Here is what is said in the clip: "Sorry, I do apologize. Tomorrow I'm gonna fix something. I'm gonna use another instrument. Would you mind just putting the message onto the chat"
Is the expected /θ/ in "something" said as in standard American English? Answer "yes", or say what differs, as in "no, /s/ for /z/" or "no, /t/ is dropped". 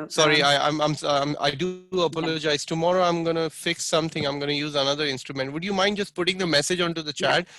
no, /t/ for /θ/